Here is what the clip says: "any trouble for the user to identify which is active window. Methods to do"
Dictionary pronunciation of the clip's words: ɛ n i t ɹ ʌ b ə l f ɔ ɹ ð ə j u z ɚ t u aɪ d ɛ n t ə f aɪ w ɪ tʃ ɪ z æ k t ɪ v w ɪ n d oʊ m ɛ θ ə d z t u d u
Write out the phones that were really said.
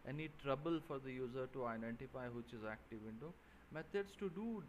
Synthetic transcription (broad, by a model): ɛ n i t ɹ ʌ b ə l f ɔ ɹ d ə j u z ɚ t u aɪ d ɛ n t ə f aɪ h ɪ tʃ ɪ z æ k t ɪ v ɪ n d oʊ m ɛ t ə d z t u d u